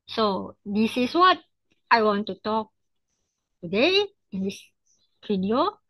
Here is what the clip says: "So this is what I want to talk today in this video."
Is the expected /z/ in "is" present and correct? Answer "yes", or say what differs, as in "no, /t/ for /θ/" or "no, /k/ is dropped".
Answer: no, /s/ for /z/